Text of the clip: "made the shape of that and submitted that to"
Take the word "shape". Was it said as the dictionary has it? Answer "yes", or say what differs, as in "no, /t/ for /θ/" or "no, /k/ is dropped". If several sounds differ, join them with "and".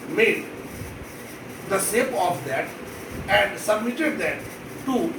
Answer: no, /s/ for /ʃ/